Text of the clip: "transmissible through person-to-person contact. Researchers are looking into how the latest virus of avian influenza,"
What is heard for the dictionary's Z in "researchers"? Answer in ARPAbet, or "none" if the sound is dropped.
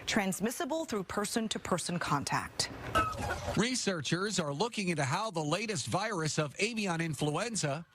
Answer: Z